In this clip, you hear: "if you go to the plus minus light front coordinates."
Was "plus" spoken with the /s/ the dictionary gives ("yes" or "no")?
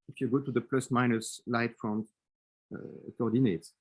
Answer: yes